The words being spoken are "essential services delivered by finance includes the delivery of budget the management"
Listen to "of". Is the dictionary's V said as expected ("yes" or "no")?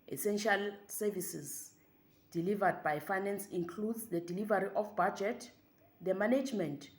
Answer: no